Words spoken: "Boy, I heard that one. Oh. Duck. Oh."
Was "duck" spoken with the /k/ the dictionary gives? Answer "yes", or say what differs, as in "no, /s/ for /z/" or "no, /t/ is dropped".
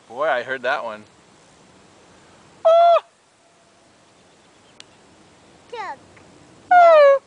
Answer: no, /k/ is dropped